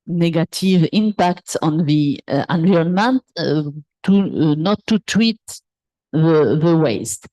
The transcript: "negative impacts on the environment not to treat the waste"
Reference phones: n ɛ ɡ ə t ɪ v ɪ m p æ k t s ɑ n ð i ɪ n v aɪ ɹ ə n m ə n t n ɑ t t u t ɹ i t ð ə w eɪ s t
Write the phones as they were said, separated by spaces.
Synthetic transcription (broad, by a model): n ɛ ɡ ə t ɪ v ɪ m p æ k t s ɑ n ð i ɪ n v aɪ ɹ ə n m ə n t n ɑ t t u t w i t ð ə w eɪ s t